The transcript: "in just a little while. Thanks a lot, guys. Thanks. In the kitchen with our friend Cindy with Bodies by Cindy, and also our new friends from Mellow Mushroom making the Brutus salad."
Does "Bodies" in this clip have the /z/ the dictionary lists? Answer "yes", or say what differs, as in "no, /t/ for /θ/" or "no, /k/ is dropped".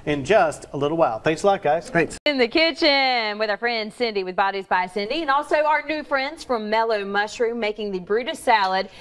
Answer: yes